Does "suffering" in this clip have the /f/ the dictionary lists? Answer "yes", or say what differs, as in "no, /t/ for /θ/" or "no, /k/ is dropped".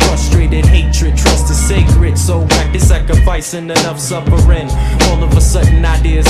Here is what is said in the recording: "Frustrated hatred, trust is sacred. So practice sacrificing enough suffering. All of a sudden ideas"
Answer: no, /p/ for /f/